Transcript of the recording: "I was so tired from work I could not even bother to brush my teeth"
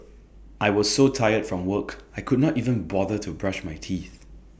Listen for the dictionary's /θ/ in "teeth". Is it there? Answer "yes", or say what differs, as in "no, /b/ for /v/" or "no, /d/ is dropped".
yes